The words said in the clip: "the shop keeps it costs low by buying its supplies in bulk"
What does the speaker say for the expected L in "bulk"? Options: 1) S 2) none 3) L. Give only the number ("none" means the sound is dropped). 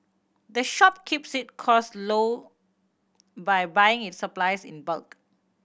3